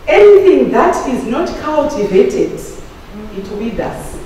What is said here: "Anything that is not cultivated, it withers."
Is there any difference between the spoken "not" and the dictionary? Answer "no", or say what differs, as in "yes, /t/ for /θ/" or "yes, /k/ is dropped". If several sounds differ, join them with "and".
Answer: no